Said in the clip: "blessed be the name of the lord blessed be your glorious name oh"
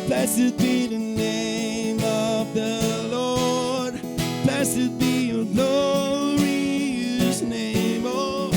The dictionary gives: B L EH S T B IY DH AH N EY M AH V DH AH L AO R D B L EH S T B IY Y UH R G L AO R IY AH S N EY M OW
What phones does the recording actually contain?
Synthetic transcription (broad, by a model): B L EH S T B IY DH AH N EY M AH V DH AH L AO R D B L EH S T B IY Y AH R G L AO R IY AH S N EY M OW